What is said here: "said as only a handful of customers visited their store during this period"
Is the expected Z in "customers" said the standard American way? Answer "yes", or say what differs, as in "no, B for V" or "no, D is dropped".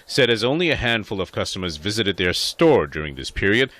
yes